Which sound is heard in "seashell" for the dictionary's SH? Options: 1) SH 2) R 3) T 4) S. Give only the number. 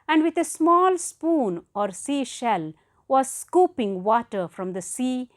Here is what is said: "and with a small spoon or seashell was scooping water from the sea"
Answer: 1